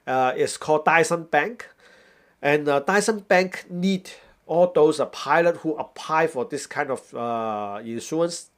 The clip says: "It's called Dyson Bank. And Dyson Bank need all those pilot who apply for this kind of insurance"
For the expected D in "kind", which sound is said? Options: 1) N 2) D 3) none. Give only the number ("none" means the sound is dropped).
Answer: 2